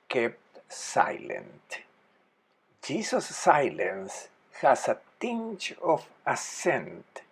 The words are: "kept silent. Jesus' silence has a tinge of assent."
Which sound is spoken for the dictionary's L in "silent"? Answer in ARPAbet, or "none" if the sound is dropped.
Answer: L